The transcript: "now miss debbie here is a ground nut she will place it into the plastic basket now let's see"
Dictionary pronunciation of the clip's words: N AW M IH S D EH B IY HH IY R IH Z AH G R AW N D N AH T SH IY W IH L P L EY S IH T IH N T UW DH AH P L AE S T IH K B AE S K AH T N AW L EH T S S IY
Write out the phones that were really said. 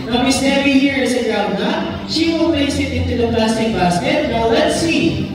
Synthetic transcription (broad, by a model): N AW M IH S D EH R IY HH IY R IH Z AH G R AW D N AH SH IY W IH L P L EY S IH T IH N T UW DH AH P L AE S T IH K B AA S K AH T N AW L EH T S S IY